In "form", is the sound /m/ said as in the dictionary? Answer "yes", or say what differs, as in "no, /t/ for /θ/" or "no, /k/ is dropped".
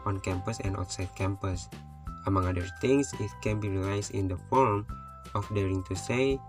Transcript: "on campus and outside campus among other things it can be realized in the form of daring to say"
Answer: yes